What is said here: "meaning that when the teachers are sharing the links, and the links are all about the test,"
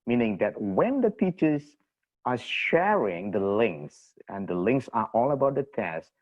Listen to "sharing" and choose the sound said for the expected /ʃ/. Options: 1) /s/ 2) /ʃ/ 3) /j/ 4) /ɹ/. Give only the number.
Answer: 2